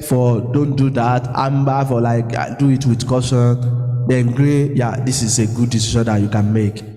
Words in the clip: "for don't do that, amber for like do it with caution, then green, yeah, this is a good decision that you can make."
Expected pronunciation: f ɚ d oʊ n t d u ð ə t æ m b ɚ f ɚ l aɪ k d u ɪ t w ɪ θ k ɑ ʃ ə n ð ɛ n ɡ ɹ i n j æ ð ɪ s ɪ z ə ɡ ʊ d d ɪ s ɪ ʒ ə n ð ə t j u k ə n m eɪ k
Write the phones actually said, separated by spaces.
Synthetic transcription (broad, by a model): f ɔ d oʊ n t d u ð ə t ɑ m b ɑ f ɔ l aɪ k d u ɪ t w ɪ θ k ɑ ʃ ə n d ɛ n ɡ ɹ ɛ j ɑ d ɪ s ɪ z ə ɡ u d d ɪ s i ʃ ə n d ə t j u k ə n m eɪ k